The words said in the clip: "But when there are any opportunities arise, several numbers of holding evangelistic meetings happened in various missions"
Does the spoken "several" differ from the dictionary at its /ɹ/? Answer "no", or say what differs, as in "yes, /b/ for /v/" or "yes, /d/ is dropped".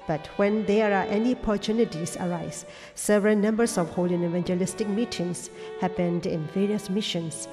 no